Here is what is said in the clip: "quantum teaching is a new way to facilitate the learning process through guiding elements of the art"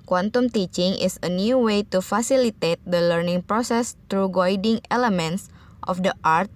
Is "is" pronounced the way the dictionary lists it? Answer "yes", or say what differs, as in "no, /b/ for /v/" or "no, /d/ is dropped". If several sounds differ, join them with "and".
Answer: no, /s/ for /z/